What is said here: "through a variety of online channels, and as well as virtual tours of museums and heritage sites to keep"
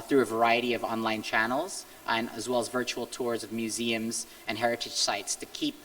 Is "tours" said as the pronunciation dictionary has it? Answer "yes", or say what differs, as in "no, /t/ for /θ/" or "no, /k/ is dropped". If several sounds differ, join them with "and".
yes